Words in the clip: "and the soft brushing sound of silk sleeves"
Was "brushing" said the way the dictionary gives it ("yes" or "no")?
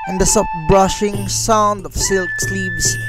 yes